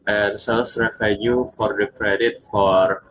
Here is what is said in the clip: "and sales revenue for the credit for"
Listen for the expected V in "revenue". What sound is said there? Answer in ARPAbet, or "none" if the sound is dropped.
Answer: F